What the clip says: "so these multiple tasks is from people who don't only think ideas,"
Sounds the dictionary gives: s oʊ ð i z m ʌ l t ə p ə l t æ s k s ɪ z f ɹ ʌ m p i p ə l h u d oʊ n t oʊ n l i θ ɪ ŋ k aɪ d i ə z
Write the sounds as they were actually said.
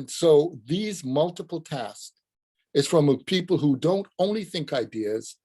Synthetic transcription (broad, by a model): s oʊ ð i z m ʌ l t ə p l t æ s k ɪ z f ɹ ʌ m p i p l h u d oʊ n t oʊ n l i θ ɪ ŋ k aɪ d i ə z